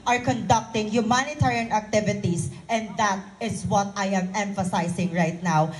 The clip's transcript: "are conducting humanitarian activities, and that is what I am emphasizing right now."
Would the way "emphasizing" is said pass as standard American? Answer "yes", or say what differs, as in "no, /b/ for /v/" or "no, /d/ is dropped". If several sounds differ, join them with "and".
no, /s/ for /z/